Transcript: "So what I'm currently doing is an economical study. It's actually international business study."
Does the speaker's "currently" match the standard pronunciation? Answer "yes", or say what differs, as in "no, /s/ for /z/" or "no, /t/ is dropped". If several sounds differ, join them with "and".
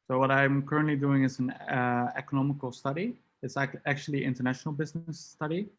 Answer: yes